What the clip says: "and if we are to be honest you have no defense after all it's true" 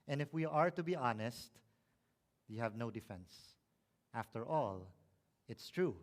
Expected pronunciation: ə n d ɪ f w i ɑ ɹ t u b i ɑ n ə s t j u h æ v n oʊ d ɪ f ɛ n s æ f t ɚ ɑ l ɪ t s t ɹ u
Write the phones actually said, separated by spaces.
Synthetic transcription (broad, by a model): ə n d ɪ f w i ɑ ɹ t u b i ɑ n ə s t j u h æ v n oʊ d ɪ f ɛ n s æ f t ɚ ɑ l ɪ t s t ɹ u